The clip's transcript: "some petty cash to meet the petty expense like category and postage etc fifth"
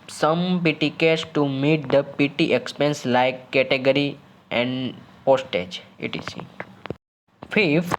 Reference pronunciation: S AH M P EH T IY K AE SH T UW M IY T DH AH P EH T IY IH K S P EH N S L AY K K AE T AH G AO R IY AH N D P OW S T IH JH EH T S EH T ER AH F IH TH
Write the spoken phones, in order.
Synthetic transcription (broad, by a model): S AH M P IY T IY K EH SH T UW M IY T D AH P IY T IY IH K S P EH N S L AY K K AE T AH G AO R IY AH N D P OW S T IH JH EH T IY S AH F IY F